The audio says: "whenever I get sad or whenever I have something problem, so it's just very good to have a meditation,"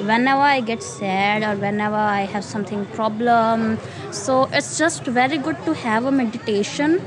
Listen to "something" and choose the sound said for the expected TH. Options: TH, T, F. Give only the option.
T